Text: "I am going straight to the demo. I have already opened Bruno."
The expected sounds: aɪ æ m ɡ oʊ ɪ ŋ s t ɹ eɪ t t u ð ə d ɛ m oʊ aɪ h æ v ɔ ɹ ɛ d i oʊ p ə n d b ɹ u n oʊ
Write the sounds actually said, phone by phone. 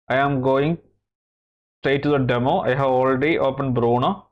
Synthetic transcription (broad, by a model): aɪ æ m ɡ oʊ ɪ ŋ s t eɪ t t u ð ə d ɛ m oʊ aɪ h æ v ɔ l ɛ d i oʊ p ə n b ɹ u n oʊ